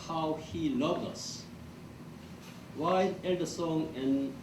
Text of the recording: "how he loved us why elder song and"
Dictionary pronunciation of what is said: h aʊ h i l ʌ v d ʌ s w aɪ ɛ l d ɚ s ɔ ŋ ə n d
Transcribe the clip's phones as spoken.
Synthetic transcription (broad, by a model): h aʊ h i l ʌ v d ʌ s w aɪ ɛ d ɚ s ɔ ŋ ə n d